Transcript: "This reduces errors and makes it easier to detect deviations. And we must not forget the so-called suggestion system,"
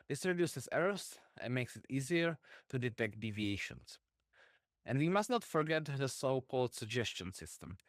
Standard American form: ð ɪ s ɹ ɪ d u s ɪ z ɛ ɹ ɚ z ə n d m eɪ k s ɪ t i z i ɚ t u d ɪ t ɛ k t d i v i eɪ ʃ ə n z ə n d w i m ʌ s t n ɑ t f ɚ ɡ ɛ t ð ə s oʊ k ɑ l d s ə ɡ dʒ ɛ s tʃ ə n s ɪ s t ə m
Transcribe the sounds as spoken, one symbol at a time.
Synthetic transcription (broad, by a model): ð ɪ s ɹ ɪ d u s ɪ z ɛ ɹ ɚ s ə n m eɪ k s ɪ t i z i ɚ t u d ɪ t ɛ k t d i v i eɪ ʃ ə n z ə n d w i m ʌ s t n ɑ t f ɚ ɡ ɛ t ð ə s oʊ k ɑ l d s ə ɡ dʒ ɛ s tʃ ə n s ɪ s t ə m